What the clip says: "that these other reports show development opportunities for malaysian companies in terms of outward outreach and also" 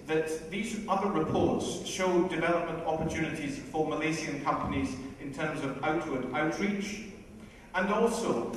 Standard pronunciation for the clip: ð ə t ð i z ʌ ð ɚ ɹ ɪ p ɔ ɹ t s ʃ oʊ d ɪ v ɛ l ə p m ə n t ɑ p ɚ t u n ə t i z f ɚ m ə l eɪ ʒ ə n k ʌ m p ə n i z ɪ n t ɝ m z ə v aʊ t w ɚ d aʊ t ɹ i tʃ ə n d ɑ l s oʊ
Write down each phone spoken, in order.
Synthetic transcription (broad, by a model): ð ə t ð i z ʌ ð ɚ ɹ ɪ p ɔ ɹ t s ʃ oʊ d ɪ v ɛ l ə p m ə n t ɑ p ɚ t u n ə t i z f ɚ m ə l eɪ z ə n k ʌ m p ə n i z ɪ n t ɝ m z ə v aʊ t w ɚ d aʊ t ɹ i tʃ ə n ɑ l s oʊ